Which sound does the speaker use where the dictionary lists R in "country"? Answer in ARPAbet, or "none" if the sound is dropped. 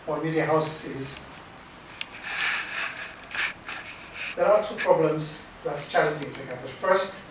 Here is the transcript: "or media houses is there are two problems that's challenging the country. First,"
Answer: none